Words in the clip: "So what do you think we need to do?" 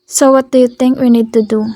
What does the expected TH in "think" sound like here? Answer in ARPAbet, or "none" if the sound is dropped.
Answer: T